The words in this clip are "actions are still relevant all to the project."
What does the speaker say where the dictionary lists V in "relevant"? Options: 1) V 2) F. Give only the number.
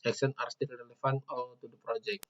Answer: 2